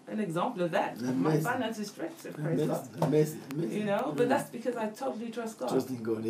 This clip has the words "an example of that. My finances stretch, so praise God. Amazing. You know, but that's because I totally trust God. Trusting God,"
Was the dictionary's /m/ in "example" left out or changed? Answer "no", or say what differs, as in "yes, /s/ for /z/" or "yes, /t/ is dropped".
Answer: no